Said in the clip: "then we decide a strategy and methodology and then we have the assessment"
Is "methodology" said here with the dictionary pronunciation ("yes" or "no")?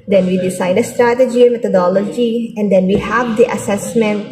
no